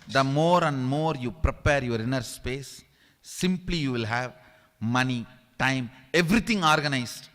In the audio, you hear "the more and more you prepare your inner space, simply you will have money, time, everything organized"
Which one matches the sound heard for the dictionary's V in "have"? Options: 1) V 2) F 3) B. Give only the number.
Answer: 1